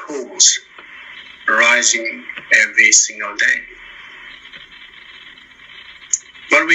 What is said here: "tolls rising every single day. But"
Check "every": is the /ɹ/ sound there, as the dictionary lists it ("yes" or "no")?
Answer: no